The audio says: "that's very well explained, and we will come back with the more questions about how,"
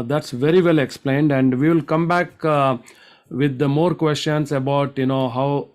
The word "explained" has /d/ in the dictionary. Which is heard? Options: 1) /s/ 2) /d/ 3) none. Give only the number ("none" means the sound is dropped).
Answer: 2